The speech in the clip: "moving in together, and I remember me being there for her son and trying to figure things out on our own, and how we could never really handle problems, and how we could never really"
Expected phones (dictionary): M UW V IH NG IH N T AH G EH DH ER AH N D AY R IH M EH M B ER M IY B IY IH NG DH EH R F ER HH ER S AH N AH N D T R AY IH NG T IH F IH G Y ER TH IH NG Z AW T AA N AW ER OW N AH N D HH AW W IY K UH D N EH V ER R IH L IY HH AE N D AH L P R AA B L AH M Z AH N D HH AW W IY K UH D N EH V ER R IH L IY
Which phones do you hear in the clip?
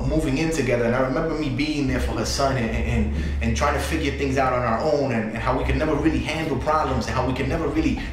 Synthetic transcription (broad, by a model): M UW V IH NG IH N T AH G EH DH ER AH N AY R IH M EH M B ER M IY B IY IH NG DH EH R F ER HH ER S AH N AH N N T R AY IH NG T IH F IH G Y ER TH IH NG Z AW T N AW ER OW N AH N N HH AW W IY K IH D N EH V ER R IH L IY HH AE N D L P R AA B L AH M Z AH N HH AW W IY K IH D N EH V ER R IH L IY